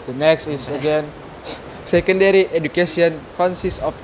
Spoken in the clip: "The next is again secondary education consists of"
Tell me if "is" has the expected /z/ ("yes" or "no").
no